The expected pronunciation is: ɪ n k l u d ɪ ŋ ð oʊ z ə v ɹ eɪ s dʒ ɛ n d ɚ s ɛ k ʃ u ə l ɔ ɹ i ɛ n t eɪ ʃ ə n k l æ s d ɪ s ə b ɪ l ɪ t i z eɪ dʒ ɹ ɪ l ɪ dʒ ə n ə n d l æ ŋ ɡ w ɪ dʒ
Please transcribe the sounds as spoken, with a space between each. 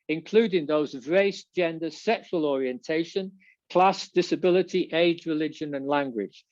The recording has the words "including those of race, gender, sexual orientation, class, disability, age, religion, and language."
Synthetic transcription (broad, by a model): ɪ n k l u d ɪ ŋ ð oʊ z ə v ɹ eɪ s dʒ ɛ n d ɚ s ɛ k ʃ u ə l ɔ ɹ i ɛ n t eɪ ʃ ə n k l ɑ s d ɪ s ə b ɪ l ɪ t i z eɪ dʒ ɹ ɪ l ɪ dʒ ə n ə n l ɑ ŋ ɡ w ɪ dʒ